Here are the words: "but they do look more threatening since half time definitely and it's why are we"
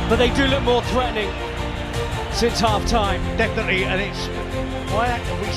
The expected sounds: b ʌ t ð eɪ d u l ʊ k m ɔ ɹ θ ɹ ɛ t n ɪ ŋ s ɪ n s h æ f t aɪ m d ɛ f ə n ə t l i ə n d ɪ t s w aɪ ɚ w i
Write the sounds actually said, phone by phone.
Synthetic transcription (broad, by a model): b ʌ t ð eɪ d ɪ l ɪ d m ɔ ɹ θ ɹ ɛ t n ɪ ŋ s ɪ n s h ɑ f t aɪ m d ɛ f ə n ə t l i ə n ɪ t s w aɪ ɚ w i